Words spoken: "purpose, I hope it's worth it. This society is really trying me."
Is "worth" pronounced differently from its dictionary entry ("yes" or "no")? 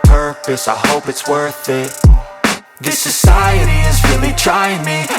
no